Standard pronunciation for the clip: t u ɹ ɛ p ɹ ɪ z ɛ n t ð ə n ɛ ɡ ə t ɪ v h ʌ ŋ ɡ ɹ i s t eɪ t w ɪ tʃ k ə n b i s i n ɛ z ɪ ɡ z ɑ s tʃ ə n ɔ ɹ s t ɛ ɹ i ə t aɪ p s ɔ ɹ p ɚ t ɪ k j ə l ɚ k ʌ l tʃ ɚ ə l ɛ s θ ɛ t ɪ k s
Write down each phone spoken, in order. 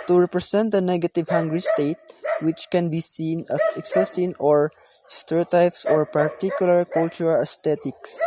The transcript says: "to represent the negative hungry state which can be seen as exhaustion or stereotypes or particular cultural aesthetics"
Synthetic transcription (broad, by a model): t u ɹ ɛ p ɹ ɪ s ɛ n t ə n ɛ ɡ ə t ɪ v h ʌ ŋ ɡ ɹ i s t eɪ t w ɪ tʃ k ə n b i s i n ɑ s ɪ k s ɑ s ə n ɔ ɹ s t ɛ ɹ t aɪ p s ɔ ɹ p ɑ t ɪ k j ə l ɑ k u l tʃ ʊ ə l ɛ s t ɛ t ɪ k s